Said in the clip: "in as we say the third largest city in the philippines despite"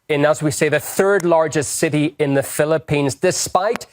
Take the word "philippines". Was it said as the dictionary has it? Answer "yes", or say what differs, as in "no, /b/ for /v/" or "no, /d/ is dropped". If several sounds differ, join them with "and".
yes